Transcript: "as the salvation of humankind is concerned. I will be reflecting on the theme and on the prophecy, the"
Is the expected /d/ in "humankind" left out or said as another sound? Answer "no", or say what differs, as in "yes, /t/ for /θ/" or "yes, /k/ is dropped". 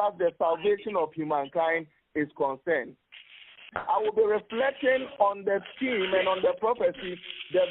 no